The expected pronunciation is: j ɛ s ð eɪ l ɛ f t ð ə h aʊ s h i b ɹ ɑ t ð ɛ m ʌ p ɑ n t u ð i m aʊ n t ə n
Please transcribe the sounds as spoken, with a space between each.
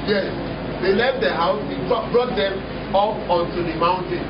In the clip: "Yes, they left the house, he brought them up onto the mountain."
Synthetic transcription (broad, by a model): j ɛ s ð eɪ l ɛ f t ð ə h aʊ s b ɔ b ɹ ɑ t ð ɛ m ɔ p ɑ n t u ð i m aʊ n t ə n